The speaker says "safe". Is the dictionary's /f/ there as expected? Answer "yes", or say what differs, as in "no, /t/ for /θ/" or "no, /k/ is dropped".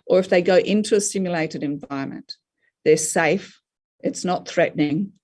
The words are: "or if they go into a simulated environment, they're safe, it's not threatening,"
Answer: yes